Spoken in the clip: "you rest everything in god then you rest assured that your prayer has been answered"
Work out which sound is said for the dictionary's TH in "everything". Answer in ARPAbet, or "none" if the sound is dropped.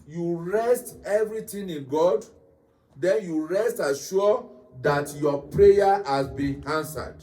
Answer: T